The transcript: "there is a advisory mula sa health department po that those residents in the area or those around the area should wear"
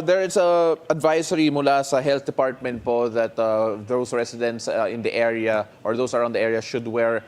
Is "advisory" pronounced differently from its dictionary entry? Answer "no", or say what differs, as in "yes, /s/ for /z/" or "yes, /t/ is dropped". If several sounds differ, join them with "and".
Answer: yes, /s/ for /z/